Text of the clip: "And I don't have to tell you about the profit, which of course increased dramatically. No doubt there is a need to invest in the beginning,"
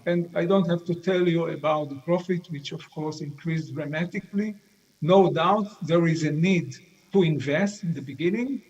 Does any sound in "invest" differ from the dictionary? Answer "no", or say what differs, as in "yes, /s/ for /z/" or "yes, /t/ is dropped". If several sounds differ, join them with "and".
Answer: no